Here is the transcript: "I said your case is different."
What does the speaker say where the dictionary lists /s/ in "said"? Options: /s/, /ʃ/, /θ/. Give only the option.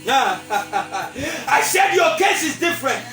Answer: /ʃ/